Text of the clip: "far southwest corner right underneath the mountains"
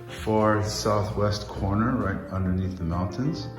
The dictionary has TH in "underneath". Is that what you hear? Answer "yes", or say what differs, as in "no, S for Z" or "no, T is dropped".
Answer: yes